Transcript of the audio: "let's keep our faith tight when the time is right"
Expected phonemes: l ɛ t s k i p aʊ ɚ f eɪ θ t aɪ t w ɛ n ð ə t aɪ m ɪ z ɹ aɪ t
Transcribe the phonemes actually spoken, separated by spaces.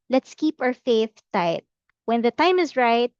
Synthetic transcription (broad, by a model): l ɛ t s k i p aʊ ɚ f eɪ θ t aɪ t w ɛ n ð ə t aɪ m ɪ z ɹ aɪ t